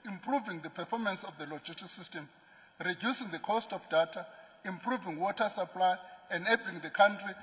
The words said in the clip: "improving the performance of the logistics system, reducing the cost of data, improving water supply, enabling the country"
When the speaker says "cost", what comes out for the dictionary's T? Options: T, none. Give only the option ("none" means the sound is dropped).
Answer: T